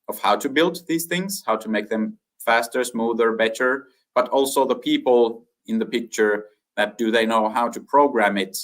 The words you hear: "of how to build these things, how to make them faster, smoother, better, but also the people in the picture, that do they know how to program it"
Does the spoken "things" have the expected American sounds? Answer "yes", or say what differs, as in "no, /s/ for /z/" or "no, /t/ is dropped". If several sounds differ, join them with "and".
yes